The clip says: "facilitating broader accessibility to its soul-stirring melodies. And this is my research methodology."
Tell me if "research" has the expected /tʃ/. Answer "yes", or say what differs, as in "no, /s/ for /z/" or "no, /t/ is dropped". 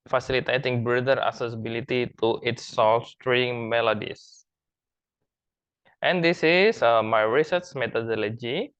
no, /s/ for /tʃ/